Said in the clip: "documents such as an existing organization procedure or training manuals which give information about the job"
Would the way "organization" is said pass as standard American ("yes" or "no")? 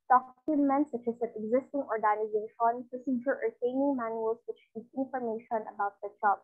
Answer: yes